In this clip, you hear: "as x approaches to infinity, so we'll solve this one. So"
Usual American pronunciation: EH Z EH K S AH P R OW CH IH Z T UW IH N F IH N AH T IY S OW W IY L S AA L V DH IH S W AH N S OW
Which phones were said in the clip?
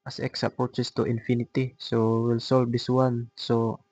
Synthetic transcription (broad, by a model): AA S EH K S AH P OW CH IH S T UW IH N F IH N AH T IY S OW W IY L S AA L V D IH S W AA N S OW